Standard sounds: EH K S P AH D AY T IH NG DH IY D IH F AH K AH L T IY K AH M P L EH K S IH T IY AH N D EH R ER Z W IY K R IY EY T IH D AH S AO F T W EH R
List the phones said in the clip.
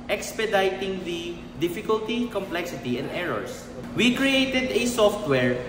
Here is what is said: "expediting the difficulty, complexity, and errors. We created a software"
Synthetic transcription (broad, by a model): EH K S P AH D AY T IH NG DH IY D IH F AH K AH L T IY K AH M P L EH K S IH T IY AH N D EH R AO S W IY K R IY EY T IH D AH S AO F T W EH R